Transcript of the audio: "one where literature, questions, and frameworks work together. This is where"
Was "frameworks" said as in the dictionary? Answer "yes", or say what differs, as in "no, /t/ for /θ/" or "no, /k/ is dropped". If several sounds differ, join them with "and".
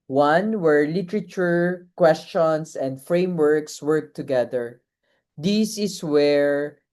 yes